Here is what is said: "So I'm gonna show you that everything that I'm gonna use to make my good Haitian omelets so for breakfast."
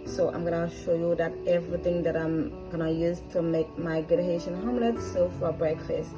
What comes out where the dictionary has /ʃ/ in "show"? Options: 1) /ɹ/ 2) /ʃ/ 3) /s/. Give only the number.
2